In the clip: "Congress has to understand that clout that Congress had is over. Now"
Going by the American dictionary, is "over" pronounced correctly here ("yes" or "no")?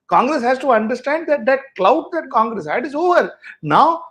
yes